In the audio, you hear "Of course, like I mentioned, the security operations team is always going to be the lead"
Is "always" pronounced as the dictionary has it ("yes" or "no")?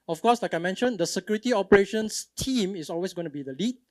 no